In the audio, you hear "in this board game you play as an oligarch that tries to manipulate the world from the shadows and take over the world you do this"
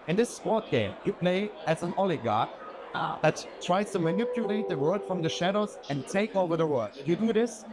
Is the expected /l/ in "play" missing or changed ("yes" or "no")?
yes